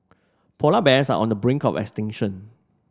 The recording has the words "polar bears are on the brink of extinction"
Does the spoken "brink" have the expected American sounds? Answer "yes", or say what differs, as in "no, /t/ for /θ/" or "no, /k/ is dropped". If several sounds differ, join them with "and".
yes